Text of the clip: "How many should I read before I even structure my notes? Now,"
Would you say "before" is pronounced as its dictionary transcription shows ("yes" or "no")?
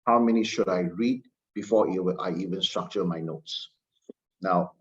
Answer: no